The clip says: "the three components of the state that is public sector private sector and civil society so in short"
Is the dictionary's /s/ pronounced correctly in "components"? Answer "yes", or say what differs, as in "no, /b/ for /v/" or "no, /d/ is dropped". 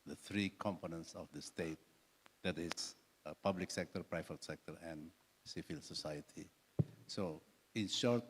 yes